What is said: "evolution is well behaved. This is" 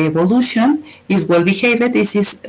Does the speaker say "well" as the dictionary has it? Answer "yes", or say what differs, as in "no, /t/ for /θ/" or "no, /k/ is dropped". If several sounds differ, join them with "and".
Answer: yes